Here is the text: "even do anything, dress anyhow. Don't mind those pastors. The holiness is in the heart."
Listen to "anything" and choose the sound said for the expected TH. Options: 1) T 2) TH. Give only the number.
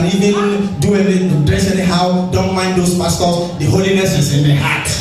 1